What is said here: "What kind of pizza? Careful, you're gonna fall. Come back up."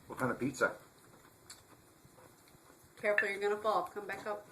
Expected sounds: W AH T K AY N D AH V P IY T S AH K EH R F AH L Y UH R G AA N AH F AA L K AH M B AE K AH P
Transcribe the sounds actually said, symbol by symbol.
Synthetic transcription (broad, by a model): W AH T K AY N AH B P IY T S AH K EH R F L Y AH R G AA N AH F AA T K AH M B AE K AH P